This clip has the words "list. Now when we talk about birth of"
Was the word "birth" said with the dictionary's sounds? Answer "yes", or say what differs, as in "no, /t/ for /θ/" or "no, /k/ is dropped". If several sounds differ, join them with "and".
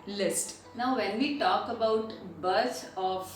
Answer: no, /s/ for /θ/